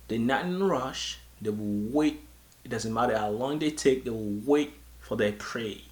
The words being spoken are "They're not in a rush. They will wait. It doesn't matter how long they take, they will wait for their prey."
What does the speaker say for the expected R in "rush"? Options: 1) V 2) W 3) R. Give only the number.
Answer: 3